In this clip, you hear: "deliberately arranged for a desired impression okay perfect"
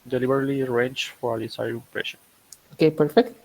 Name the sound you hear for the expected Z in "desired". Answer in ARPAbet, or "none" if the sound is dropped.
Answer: S